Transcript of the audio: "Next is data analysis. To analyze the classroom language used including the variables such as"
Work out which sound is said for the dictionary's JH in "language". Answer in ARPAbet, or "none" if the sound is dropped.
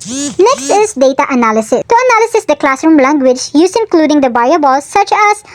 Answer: JH